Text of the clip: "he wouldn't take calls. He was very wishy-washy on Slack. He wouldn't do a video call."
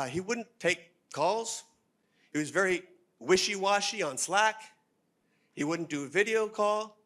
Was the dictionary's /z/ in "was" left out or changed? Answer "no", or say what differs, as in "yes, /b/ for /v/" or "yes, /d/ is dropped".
no